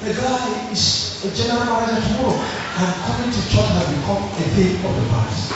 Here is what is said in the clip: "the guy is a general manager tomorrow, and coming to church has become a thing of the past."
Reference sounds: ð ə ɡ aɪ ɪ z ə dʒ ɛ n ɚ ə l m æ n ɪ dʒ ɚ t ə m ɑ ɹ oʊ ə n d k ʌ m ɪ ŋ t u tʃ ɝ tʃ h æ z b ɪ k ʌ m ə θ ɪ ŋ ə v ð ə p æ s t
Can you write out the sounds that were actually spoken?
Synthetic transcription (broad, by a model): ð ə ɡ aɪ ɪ s ə dʒ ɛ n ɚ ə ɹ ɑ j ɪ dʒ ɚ t ə m ɑ ɹ oʊ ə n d k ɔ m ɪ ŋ t u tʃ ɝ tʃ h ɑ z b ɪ k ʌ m ə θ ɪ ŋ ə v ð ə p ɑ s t